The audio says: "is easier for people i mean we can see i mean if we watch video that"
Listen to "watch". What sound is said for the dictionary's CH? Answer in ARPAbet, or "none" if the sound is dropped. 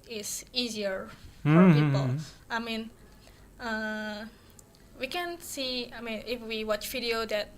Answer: CH